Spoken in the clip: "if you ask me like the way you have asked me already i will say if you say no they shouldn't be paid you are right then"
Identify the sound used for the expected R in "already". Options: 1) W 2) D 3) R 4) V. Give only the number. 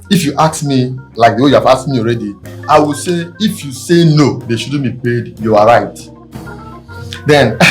3